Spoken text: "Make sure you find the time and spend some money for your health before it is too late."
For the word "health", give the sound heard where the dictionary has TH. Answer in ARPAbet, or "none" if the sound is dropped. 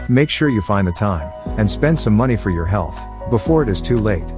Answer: TH